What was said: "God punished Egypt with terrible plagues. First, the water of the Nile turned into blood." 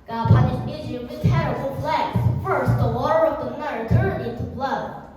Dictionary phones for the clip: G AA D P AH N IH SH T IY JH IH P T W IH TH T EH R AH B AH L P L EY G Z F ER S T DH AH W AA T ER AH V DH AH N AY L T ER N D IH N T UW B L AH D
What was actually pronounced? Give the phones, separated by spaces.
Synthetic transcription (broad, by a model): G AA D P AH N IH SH IH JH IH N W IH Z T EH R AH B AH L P L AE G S F ER S T DH AH W AA T ER AH V DH AH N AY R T ER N IH N T UW B L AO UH